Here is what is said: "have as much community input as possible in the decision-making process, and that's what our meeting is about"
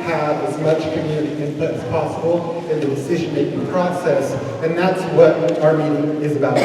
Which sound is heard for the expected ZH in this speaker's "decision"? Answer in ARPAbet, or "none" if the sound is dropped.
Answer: ZH